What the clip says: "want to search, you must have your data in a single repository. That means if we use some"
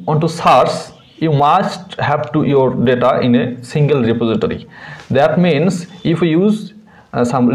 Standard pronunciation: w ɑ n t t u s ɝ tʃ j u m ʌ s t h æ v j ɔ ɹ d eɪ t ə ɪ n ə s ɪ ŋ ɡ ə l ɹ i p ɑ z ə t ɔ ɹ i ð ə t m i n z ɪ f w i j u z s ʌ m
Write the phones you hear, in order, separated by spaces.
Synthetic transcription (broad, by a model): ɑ n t t u s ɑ s j u m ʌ s t h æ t j ɔ ɹ d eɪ t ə ɪ n ə s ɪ ŋ ɡ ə l ɹ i p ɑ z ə t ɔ ɹ i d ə t m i n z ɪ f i j u z s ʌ m